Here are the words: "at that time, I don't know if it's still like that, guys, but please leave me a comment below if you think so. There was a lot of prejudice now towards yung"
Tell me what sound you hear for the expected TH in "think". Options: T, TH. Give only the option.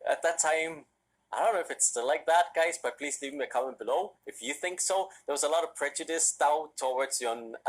TH